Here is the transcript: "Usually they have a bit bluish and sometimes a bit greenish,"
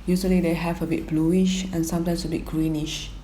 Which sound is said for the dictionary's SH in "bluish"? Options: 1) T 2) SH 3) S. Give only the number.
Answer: 2